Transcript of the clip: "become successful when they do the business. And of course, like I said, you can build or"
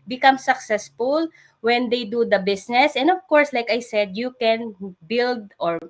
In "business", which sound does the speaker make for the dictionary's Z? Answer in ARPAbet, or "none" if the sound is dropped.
S